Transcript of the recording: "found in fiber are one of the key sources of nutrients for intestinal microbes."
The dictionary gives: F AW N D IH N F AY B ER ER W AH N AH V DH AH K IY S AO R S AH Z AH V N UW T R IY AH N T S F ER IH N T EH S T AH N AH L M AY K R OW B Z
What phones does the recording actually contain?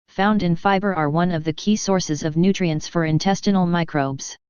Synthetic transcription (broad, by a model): F AW N D IH N F AY B ER ER W AH N AH V DH AH K IY S AO R S AH Z AH V N UW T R IY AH N T S F ER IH N T EH S T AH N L M AY K R OW B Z